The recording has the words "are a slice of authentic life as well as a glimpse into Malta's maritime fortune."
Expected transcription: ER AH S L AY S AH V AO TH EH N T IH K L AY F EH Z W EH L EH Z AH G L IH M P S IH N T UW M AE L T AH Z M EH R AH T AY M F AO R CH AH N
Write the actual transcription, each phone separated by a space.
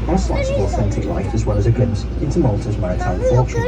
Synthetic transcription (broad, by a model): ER AH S AY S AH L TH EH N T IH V L AY F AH Z W EH L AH Z AH G L IH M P S IH N T UW M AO L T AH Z M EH R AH T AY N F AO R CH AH